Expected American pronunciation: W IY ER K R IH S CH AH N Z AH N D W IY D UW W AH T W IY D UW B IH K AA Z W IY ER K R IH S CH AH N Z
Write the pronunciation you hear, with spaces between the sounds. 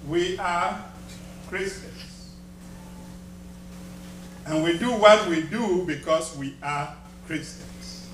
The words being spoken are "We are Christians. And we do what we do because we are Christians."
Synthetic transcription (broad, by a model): W IY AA K R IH S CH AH N S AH N W IY D UW W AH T W IY D UW B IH K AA S W IY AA K R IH S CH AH N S